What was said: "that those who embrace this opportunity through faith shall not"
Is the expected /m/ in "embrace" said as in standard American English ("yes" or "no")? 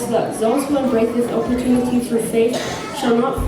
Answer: no